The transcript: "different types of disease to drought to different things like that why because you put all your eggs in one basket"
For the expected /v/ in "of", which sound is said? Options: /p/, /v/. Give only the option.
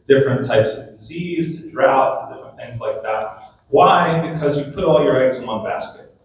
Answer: /v/